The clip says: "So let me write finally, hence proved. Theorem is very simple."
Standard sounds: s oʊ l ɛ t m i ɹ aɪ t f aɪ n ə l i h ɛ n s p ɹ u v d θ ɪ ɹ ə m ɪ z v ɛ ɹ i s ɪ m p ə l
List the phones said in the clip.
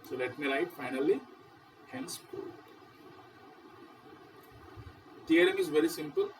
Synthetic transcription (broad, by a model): s oʊ l ɛ t m i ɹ aɪ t f aɪ n ə l i h ɛ n s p u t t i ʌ ɹ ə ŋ ɪ z v ɛ ɹ i s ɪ m p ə l